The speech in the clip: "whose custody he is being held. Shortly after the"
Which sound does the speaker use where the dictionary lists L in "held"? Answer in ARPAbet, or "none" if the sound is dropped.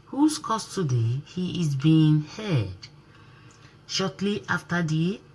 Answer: none